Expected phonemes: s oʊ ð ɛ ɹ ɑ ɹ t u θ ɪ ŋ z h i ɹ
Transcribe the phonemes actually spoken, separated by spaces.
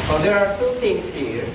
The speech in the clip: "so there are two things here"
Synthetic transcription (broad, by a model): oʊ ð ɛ ɹ ɑ ɹ t u t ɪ ŋ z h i ɹ